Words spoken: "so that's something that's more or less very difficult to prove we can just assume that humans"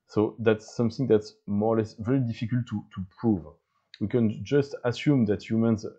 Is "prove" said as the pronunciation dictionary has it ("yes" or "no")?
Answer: yes